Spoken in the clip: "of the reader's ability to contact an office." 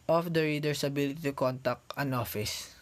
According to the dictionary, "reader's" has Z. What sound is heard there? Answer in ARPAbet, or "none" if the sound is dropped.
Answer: S